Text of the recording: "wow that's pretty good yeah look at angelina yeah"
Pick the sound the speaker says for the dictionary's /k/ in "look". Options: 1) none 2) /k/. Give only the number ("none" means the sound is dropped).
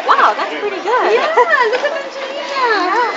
1